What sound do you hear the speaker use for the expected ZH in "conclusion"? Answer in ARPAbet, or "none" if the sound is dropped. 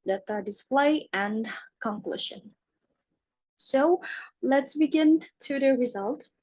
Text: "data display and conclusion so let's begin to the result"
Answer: SH